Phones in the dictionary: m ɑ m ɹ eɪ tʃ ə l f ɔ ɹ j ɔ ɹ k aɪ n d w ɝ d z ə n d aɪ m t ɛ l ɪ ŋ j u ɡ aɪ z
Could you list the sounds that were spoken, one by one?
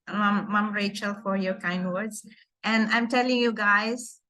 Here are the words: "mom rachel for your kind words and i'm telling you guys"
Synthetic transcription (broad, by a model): m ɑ m ɹ eɪ tʃ ə l f ɔ ɹ j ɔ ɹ k aɪ n d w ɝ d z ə n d aɪ m t ɛ l ɪ ŋ j u ɡ aɪ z